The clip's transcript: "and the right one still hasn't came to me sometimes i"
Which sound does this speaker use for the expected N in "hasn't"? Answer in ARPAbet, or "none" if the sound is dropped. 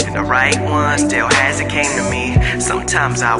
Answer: none